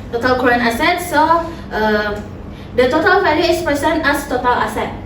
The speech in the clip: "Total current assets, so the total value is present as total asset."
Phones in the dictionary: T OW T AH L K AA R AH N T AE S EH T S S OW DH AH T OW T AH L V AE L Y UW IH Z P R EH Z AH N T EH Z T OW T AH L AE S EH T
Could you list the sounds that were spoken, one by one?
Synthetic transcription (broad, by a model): T OW T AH L K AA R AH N AA S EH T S S OW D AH T OW T AH L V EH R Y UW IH S P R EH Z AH N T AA S T OW T AH L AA S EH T